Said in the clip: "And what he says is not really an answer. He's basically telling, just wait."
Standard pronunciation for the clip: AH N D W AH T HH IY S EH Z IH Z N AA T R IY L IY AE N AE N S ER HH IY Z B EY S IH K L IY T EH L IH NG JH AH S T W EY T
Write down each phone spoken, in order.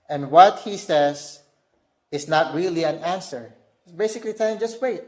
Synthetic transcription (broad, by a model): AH N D W AH T HH IY S EH Z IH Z N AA T R IY L IY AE N AE N S ER B EY S IH K L IY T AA IH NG JH AH S T W EY T